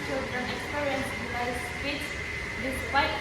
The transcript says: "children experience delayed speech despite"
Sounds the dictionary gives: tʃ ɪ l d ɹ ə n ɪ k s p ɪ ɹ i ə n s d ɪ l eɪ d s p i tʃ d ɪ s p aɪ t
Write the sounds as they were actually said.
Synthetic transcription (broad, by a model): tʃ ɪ l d ɹ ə n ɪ k s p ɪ ɹ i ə n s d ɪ ɪ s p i s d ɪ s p aɪ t